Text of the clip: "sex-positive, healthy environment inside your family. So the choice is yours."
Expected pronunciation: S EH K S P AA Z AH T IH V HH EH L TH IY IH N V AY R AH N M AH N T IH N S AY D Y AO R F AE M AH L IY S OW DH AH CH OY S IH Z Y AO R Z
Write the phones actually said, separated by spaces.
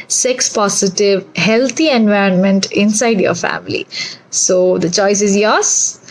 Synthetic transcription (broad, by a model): S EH K S P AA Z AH T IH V HH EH L T IY IH N V AY R AH N M AH N T IH N S AY D Y AO R F AE M AH L IY S OW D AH CH OY S IH Z Y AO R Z